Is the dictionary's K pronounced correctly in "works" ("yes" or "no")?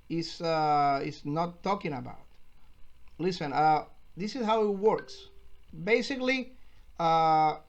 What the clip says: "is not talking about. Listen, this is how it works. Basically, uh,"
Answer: yes